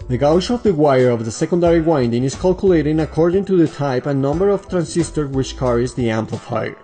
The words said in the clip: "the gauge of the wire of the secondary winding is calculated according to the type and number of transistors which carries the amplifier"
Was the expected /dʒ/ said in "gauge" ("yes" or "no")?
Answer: no